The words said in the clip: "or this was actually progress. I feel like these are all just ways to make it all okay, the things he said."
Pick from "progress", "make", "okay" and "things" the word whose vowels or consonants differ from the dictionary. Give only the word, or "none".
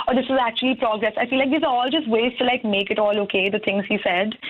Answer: things